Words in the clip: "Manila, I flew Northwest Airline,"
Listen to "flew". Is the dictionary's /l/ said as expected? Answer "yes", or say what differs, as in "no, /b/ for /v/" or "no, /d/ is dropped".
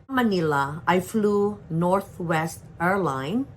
yes